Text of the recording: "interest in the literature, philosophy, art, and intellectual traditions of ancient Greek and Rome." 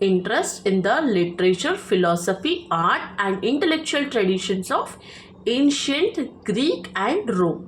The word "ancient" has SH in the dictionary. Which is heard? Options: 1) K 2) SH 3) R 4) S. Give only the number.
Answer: 2